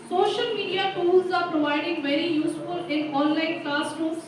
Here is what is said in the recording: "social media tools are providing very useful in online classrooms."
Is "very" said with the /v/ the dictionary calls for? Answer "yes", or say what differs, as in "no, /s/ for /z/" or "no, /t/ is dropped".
yes